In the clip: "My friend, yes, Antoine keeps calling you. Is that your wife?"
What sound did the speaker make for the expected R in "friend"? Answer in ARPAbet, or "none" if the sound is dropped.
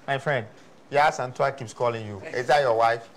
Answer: R